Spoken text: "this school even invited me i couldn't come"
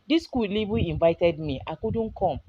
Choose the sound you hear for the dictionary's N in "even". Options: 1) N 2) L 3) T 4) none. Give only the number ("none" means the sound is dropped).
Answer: 4